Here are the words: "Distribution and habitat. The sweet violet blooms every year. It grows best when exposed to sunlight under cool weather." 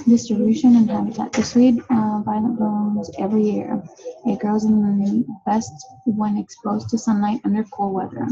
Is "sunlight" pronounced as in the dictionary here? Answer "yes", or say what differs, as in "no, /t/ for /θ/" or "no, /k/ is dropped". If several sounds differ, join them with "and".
yes